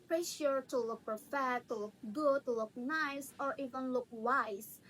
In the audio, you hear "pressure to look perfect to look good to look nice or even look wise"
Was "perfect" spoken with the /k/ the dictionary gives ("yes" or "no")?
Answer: no